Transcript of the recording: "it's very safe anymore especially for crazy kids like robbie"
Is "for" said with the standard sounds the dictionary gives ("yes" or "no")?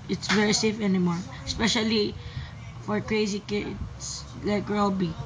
yes